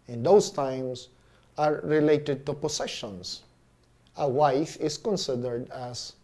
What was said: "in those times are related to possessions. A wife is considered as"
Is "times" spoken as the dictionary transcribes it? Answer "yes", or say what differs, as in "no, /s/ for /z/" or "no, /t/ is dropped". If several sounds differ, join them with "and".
no, /s/ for /z/